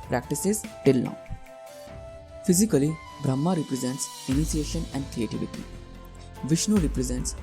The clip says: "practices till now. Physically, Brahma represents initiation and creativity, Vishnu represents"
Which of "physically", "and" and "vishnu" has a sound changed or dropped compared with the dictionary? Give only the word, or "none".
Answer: none